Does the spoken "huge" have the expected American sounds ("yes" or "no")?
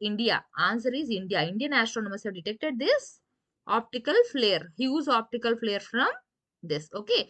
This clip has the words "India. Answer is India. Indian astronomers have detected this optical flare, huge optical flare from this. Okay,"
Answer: no